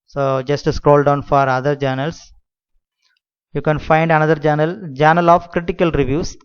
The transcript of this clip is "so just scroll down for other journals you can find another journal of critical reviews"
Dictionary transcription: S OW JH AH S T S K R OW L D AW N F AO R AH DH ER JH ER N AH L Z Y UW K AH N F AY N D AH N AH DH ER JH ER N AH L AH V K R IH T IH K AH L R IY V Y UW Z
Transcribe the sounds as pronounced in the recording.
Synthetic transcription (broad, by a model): S OW JH AH S T S K R OW L D AW N F AO R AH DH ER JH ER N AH L S Y UW K AH N F AY N D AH N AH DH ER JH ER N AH L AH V K R IH T IH K AH L R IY V Y UW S